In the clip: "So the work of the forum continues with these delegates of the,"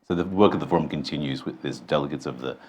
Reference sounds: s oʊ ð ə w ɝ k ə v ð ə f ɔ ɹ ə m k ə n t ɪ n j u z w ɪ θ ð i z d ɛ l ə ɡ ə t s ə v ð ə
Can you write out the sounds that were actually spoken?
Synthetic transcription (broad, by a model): s oʊ ð ə w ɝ k ə v ð ə f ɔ ɹ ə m k ə n t ɪ n j u z w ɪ ð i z d ɛ l ə ɡ ə t s ə v ð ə